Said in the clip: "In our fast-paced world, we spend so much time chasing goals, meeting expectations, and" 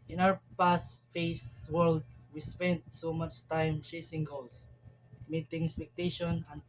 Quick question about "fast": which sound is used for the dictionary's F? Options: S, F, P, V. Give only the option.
P